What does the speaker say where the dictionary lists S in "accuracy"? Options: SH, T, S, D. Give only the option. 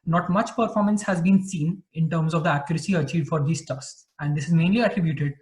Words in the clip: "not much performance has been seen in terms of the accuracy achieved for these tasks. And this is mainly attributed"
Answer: S